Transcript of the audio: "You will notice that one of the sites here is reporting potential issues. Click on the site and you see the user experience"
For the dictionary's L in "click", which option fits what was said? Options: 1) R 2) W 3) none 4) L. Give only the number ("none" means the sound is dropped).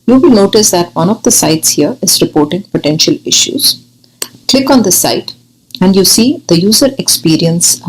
4